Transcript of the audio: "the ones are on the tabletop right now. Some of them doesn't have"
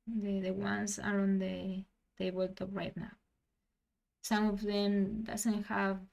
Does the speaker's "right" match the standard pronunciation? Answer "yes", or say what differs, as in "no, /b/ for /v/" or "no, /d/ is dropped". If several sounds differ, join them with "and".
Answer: yes